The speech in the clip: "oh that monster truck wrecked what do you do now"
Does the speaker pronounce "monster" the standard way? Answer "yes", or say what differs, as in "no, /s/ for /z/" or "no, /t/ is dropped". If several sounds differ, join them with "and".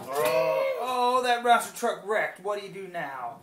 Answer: no, /n/ is dropped